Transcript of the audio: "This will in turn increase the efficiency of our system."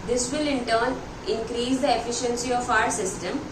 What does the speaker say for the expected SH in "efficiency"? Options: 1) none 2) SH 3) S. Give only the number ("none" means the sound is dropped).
2